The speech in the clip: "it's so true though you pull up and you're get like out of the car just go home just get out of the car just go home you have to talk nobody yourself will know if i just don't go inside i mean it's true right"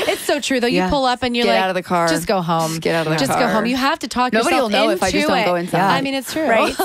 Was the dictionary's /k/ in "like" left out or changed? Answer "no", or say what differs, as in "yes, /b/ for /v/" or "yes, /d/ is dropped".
yes, /k/ is dropped